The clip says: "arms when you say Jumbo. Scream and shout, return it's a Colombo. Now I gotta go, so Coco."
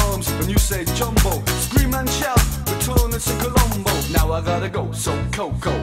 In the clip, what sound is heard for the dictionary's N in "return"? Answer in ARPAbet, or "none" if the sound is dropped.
none